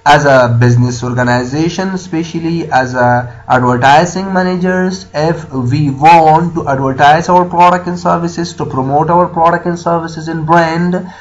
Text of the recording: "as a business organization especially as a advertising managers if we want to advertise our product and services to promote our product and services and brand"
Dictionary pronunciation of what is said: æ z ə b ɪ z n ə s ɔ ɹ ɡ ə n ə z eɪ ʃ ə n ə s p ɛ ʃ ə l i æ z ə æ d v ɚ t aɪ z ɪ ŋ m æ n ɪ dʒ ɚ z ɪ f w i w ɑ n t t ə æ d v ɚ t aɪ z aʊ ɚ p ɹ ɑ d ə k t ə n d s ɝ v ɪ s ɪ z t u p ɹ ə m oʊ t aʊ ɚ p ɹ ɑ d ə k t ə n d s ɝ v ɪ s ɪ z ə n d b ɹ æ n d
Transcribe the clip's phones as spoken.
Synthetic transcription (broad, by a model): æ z ə b ɪ z n ə s ɔ ɹ ɡ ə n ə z eɪ ʃ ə n s p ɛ ʃ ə l i æ z ə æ d v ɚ t aɪ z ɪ ŋ m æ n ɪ dʒ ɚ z ɪ f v i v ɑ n t t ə æ d v ɚ t aɪ z aʊ ɚ p ɹ ɑ d ə k t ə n s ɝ v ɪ s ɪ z t u p ɹ ə m oʊ t aʊ ɚ p ɹ ɑ d ə k t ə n s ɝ v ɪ s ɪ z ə n b ɹ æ n d